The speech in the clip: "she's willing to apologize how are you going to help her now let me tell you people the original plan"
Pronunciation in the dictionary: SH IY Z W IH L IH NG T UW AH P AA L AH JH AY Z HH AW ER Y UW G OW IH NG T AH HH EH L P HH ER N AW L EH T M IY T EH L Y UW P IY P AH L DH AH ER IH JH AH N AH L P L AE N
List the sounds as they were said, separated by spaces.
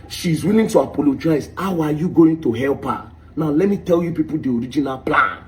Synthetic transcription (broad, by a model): SH IY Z W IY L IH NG T UW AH P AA L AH JH AY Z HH AW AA Y UW G OW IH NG T AH HH EH L P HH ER N AW L EH T M IY T EH L Y UW P IY P AH L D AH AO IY JH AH N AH L P L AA N